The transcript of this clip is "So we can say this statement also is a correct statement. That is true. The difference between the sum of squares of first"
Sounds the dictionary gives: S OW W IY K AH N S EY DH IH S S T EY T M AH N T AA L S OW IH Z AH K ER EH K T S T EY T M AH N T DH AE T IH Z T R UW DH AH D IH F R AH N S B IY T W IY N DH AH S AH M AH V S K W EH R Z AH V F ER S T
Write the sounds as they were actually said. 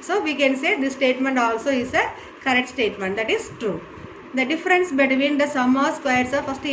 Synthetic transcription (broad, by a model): S OW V IY K AH N S EY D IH S S T EY T M AH N T AA L S OW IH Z AH K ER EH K T S T EY T M AH N T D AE T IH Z T R UW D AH D IH F R AH N S B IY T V IY N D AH S AH M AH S K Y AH R S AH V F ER S T